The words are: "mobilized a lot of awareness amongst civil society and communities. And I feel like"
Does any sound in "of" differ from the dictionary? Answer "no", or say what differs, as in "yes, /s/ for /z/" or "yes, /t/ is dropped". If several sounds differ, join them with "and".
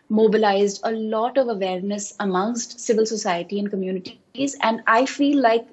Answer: no